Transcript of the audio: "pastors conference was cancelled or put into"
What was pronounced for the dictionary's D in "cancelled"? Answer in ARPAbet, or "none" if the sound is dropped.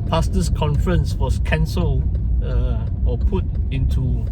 none